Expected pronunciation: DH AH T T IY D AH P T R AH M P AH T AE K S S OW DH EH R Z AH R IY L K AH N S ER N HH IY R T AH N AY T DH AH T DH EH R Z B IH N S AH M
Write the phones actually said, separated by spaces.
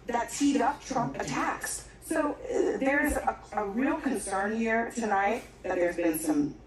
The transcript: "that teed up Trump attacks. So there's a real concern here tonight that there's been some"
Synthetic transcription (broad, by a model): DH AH T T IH D AH P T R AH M AH T AE K S S OW DH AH R Z AH R IY L K AH N S ER N HH IY R T AH N AY T DH AH T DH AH R Z B IH N S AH M